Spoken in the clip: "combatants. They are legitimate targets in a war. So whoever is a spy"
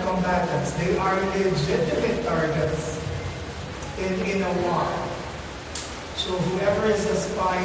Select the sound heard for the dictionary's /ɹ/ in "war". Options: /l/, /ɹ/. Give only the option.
/l/